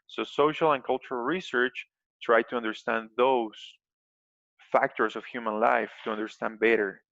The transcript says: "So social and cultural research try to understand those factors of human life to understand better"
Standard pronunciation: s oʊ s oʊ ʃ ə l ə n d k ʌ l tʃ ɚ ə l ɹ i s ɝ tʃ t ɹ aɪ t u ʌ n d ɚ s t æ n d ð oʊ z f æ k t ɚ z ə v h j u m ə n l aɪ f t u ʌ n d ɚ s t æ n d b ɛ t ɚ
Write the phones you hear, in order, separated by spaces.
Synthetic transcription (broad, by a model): s oʊ s oʊ ʃ ə l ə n k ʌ l tʃ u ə l ɹ i s ɝ tʃ t ɹ aɪ t u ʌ n d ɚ s t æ n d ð oʊ s f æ k t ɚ s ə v h j u m ə n l aɪ f t u ʌ n d ɚ s t æ n d b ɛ t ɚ